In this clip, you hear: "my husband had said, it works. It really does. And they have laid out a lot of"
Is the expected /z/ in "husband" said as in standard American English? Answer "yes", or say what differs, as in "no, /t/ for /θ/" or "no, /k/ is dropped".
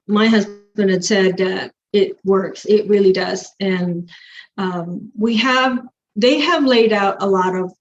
yes